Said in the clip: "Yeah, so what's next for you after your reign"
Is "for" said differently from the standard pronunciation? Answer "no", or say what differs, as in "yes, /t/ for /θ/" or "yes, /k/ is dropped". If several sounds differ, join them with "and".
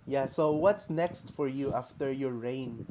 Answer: no